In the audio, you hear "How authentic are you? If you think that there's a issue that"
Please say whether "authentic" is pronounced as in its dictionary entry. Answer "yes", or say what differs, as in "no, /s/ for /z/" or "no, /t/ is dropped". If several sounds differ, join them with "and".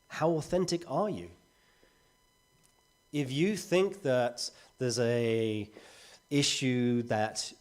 yes